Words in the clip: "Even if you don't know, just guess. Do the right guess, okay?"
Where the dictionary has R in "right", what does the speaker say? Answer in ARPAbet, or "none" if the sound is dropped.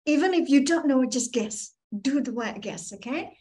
W